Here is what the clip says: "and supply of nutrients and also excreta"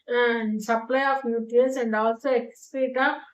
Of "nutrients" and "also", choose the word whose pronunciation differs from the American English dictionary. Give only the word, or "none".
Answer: nutrients